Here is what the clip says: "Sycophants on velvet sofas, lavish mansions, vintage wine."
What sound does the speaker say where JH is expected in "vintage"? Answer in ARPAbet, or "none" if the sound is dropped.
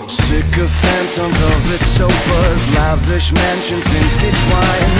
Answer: CH